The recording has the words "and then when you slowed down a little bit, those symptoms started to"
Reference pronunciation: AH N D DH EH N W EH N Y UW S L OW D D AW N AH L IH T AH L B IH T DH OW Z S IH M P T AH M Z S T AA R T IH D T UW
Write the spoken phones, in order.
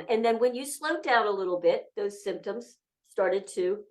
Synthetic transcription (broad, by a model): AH N DH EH N W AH N Y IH S L OW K D AW N AH L IH T L B IH T DH OW Z S IH M P T AH M Z S T AA R T IH D T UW